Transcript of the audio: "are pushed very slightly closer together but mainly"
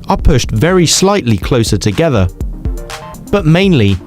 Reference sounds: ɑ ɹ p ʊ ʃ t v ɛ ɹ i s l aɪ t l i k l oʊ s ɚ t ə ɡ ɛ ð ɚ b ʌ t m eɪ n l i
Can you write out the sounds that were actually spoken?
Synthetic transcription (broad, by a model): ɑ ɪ p ʊ ʃ t v ɛ ɹ i s l aɪ t l i k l oʊ s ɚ t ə ɡ ɛ ð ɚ b ʌ t m eɪ n l i